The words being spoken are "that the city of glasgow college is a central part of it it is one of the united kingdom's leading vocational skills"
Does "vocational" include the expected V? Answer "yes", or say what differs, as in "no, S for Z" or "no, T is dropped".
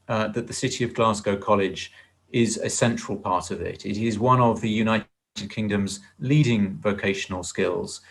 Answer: yes